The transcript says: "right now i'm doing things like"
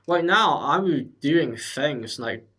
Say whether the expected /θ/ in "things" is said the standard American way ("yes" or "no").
yes